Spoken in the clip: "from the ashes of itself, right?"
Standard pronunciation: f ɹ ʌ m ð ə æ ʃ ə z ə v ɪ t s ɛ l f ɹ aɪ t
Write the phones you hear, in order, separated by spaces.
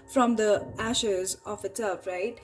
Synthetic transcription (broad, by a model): f ɹ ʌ m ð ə æ ʃ ə z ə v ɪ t ɛ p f ɹ aɪ t